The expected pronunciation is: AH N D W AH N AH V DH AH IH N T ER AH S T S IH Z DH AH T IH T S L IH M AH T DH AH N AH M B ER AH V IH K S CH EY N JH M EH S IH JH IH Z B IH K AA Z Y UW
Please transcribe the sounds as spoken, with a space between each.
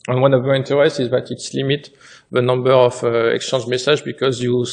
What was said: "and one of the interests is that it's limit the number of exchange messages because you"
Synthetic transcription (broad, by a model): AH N W AH N AH V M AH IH N T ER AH S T IH Z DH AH T IH T S L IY M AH T DH AH N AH M B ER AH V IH K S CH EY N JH M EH S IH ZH B IH K AA Z Y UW